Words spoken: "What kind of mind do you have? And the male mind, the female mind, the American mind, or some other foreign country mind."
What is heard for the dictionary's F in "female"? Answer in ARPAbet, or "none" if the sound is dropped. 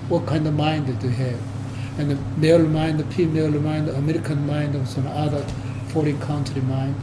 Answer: P